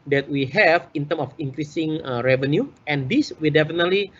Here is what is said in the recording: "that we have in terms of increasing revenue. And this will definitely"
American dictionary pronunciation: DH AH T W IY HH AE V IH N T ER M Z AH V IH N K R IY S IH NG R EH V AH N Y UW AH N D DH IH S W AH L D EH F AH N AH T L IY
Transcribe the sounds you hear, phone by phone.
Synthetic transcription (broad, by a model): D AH T W IY HH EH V IH N T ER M AH F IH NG K R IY S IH NG R EH V AH N Y UW AH N D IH S W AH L D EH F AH N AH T L IY